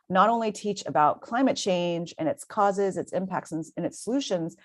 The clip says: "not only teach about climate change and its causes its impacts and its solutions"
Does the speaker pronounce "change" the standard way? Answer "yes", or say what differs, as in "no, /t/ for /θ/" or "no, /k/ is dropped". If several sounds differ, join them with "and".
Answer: yes